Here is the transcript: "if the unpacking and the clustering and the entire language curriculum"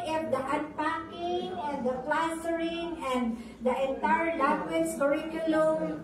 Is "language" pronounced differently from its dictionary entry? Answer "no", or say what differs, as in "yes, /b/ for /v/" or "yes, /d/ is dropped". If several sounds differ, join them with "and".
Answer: yes, /ŋ/ is dropped